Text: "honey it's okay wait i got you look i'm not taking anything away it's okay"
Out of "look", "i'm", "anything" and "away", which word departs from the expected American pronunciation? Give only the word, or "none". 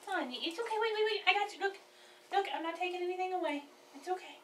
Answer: none